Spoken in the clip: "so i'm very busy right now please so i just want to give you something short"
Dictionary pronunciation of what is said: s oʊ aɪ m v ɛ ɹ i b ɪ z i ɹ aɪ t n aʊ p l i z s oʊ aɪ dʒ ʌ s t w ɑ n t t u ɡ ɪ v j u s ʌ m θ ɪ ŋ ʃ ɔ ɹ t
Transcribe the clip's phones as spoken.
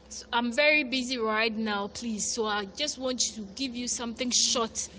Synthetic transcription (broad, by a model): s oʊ aɪ m v ɛ ɹ i b ɪ z i ɹ aɪ t n aʊ p l i z s oʊ aɪ dʒ ʌ s t w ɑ n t t u ɡ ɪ v j u s ʌ m θ ɪ ŋ ʃ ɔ t